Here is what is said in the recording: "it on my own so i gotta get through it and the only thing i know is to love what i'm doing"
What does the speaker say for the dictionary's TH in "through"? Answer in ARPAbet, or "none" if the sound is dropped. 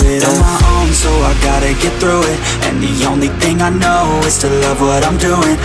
TH